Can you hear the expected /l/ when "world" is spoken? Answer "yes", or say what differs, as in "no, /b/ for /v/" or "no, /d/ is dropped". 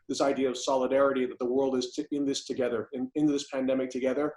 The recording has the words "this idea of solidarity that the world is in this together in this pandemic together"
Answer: yes